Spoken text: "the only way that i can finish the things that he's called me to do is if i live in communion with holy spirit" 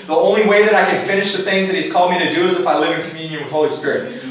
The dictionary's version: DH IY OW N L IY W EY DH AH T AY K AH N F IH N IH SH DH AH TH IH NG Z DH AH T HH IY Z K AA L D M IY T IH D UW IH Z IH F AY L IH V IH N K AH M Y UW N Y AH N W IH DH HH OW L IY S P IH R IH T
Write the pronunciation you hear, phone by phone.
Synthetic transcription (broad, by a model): DH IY OW N L IY W EY DH AH T AY K AH N F IH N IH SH DH AH TH IH NG Z DH AH T HH IY Z K AA L D M IY T IH D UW IH Z IH F AY L IH V IH N K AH M Y UW N Y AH N W IH DH HH OW L IY S P IH R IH T